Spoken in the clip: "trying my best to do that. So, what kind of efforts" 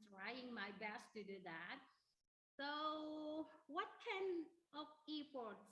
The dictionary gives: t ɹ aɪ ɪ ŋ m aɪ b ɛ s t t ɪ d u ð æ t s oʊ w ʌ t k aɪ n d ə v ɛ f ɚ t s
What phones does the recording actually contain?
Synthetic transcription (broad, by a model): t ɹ aɪ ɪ ŋ m aɪ b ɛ s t t ɪ d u ð æ t s oʊ w ʌ t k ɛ n ə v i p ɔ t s